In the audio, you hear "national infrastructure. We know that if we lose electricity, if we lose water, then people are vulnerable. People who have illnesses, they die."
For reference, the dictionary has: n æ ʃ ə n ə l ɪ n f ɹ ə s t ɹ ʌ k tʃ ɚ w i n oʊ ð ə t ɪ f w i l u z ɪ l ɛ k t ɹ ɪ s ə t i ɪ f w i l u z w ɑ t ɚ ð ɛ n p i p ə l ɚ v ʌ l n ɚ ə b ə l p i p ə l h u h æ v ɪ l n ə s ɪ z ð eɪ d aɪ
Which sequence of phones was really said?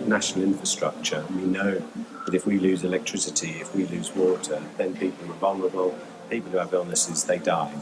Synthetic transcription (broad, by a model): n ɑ ʃ ə n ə l ɪ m f ɹ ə s t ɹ ʌ k tʃ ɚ w i n oʊ ð ə t ɪ f w i l u z ɪ l ɛ k t ɹ ɪ s ə t i ɪ f w i l u z w ɑ t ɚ ð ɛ n p i p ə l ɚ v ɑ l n ɚ ə b ə l p i p ə l h u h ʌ v ɪ l n ə s ɪ z ð eɪ d aɪ